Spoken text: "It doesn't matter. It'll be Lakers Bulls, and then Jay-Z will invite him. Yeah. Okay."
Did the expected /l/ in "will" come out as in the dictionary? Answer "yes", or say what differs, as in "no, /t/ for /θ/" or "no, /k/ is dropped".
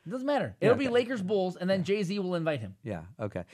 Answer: yes